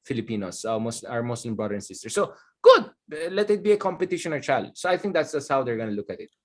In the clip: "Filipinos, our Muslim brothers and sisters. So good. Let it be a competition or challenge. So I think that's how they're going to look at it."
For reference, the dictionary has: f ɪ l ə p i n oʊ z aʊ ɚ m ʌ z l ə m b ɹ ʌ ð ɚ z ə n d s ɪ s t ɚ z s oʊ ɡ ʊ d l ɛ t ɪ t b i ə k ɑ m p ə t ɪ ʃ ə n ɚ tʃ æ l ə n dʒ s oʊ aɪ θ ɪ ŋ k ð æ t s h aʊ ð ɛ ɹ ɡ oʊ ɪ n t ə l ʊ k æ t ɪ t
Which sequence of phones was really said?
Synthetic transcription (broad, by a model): f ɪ l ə p i n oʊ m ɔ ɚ m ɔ s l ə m b ɹ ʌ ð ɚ ə n s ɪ s t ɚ s oʊ ɡ ʊ d l ɛ t ɪ t b i ə k ɑ m p ə t ɪ ʃ ə n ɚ tʃ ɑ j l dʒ s oʊ aɪ θ ɪ ŋ k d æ t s h aʊ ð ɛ ɹ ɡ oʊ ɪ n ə l ʊ k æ t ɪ t